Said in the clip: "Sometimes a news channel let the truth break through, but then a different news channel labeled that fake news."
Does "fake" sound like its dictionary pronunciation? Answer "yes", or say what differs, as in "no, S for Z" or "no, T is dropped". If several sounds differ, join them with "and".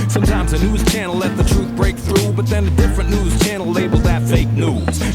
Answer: yes